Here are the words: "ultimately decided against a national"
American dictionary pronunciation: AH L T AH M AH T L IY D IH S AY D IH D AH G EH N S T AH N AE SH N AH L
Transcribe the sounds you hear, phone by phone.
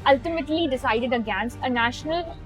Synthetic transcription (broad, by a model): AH L T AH M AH T L IY D IH S AY D IH D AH G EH N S AH N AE SH N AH L